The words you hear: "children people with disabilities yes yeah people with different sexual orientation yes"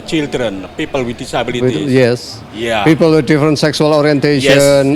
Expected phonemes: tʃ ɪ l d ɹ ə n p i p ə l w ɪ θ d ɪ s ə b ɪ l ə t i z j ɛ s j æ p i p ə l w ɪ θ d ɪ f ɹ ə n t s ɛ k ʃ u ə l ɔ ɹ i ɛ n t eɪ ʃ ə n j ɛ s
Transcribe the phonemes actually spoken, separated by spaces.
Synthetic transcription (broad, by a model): tʃ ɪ l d ɹ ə n p i p ə l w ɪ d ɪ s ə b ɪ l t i j ɛ s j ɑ p i p ə l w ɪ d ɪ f ɹ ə n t s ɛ k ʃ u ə l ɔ ɹ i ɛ n t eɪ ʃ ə n